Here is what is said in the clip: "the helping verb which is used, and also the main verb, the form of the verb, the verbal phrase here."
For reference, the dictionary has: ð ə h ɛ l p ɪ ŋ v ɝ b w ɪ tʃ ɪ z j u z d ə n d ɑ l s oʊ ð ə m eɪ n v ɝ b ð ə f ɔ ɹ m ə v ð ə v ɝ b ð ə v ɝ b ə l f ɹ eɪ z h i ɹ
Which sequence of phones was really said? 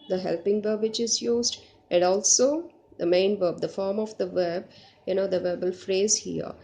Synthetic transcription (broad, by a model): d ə h ɛ l p ɪ ŋ v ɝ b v ɪ tʃ ɪ z j u z d ə n d ɑ l s oʊ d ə m eɪ n v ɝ b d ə f ɔ ɹ m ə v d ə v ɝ b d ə v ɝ b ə l f ɹ eɪ z h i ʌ